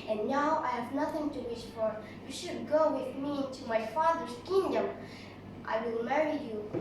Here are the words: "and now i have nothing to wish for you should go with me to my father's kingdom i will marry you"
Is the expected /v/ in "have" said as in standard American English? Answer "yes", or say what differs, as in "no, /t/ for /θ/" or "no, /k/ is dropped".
yes